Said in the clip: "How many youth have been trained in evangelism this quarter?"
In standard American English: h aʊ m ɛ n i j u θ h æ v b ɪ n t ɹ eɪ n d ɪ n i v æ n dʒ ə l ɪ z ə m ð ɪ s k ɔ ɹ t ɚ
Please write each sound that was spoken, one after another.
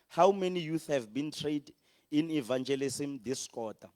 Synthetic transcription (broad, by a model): h aʊ m ɛ n i j u θ h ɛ v b ɪ n t ɹ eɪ d ɪ n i v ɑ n dʒ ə l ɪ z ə m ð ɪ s k ɔ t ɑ